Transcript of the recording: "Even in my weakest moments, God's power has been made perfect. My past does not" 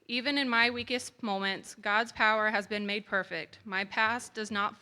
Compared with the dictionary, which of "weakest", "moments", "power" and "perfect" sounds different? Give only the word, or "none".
none